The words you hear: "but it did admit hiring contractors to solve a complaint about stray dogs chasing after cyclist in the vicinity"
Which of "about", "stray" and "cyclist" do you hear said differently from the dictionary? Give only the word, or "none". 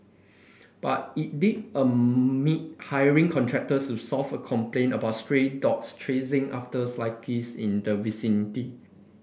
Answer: cyclist